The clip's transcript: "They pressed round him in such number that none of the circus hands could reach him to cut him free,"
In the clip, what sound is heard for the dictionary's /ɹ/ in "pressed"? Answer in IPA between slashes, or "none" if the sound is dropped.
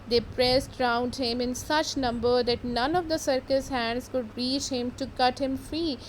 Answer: /ɹ/